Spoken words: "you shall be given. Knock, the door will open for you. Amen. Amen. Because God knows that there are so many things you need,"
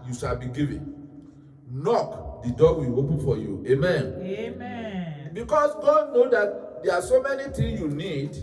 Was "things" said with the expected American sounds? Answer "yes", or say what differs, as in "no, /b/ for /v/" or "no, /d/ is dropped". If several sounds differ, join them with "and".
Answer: no, /t/ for /θ/ and /z/ is dropped